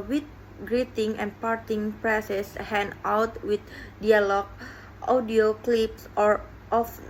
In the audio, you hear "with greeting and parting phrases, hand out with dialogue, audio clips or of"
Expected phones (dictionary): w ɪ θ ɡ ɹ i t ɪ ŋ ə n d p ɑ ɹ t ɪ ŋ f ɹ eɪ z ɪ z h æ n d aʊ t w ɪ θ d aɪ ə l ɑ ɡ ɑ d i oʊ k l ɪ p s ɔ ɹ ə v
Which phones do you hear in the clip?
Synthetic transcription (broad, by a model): w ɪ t ɡ ɹ i t ɪ ŋ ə n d p ɑ ɹ t ɪ ŋ p ɹ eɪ s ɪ s h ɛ n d aʊ t w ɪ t d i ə l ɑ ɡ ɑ d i oʊ k l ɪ p s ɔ ɹ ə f